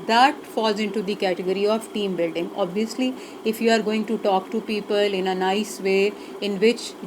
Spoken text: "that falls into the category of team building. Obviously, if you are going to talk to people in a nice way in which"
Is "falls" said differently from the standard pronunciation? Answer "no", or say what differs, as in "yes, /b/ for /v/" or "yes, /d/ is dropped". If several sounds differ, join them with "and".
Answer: no